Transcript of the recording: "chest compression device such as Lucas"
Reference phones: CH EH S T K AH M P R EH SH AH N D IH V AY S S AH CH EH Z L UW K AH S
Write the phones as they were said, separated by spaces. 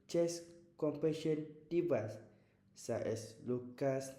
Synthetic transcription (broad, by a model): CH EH S K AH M P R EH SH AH N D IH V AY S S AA EH S L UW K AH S